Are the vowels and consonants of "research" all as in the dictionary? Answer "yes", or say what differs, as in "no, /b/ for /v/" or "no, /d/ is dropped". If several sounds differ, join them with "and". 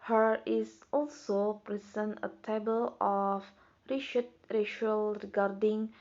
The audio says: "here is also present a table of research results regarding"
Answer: no, /ʃ/ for /s/